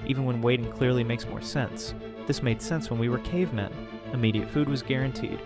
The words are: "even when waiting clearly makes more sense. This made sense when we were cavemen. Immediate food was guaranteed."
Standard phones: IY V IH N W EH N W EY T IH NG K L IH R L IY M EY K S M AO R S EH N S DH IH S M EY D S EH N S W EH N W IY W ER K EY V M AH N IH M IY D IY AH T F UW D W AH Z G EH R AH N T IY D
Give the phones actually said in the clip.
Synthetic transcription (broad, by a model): IY V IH N W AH N W EY T IH NG K L IH R L IY M EY K S M AO R S EH N S DH IH S M EY D S EH N S W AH N W IY W ER K EY V M AH N IH M IY D IY AH T F UW D W AH Z G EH R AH N T IY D